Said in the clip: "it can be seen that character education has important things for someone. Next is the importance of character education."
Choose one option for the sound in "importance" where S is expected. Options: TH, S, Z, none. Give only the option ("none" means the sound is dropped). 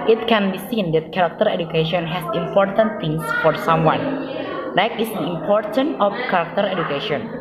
none